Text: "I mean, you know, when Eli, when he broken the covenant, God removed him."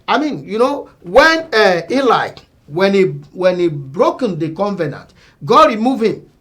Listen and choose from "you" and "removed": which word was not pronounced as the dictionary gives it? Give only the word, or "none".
removed